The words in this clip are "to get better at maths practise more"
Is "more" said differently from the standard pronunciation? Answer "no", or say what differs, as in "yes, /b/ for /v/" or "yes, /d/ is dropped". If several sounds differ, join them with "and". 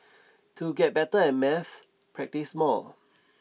yes, /l/ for /ɹ/